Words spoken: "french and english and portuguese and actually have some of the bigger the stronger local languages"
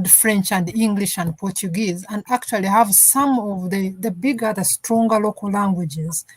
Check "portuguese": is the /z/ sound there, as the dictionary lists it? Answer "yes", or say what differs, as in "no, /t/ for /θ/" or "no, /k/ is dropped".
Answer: yes